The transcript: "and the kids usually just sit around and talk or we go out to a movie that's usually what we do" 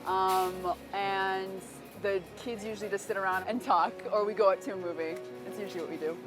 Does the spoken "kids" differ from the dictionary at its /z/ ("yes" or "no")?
no